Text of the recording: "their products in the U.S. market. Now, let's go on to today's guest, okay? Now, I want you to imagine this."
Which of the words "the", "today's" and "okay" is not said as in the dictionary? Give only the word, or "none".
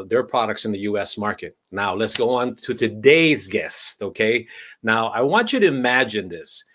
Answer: none